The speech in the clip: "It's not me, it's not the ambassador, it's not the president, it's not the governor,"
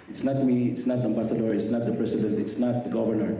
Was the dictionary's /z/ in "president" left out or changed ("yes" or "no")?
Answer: yes